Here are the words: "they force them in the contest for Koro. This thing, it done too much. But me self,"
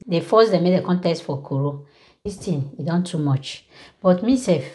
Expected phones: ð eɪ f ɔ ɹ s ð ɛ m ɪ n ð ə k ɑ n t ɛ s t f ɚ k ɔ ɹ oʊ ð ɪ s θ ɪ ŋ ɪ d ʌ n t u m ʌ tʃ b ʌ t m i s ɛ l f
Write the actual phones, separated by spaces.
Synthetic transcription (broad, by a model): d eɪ f ɔ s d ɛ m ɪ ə k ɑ n t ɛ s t f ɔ k ɔ ɹ oʊ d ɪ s t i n ɪ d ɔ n t u m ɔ tʃ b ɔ t m i s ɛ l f